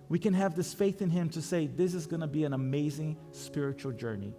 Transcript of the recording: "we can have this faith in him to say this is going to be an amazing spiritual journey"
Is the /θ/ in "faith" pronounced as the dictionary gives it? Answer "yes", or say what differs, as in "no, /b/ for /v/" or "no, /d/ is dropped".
yes